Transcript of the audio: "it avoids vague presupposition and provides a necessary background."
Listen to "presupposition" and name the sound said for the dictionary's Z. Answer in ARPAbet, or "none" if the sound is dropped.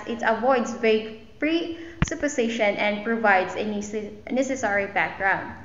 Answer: S